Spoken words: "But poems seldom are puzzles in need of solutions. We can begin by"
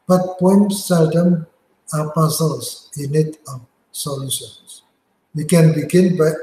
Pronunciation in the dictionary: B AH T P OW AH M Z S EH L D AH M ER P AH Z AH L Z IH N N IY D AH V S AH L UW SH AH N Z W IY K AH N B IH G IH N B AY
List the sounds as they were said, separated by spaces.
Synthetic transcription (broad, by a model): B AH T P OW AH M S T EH D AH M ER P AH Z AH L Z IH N N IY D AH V S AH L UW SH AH N S W IY K AH N B IH G IH N B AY